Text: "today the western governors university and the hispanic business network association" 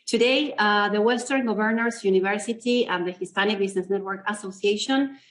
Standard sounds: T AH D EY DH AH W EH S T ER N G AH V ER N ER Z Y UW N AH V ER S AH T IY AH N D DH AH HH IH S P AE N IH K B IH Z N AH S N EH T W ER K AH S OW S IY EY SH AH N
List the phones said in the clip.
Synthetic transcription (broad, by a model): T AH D EY DH AH W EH S T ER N G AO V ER N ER S Y UW N AH V ER S AH T IY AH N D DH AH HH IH S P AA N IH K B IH S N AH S N EH T W ER K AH S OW S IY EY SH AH N